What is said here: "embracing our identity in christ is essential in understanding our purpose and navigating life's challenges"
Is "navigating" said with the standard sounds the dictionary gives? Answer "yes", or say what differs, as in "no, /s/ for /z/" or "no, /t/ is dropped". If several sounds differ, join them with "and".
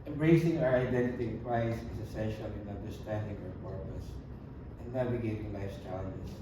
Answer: no, /w/ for /v/